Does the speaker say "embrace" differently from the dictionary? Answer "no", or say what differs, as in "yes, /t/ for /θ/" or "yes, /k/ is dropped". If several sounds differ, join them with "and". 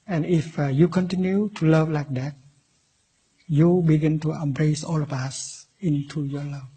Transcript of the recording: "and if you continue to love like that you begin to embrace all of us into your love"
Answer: no